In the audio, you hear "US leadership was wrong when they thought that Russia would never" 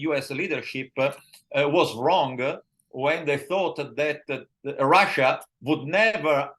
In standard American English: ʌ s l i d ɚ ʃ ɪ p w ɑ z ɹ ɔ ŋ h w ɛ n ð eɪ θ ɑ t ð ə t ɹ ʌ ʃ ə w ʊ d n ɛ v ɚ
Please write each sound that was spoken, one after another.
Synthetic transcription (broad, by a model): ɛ s l i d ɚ ʃ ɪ p w ɑ z ɹ ɔ ŋ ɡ w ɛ n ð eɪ θ ɑ t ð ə t ɹ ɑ ʃ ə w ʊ d n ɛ v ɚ